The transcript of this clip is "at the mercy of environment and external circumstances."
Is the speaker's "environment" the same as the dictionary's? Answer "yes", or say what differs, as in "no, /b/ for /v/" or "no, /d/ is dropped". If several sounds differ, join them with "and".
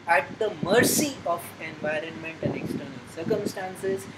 yes